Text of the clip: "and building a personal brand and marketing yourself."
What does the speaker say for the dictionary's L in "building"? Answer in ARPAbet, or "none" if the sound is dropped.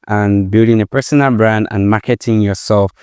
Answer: L